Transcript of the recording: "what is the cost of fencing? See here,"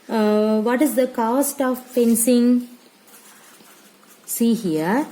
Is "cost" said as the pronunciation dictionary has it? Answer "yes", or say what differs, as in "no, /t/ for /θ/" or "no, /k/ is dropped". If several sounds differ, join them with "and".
yes